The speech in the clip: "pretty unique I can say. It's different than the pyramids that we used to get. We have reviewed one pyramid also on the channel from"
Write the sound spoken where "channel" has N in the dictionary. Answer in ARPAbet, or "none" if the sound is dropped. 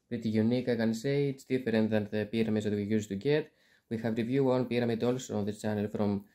N